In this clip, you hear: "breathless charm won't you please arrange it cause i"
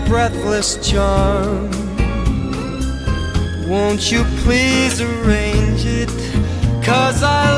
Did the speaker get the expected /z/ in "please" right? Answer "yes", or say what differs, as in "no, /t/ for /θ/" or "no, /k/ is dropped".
yes